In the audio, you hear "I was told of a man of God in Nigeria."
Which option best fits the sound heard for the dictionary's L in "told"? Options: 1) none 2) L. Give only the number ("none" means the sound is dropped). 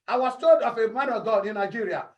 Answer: 1